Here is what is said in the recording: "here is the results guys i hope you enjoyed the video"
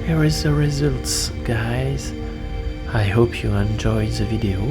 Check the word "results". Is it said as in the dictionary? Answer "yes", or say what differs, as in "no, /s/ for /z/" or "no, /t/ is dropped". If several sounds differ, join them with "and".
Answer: yes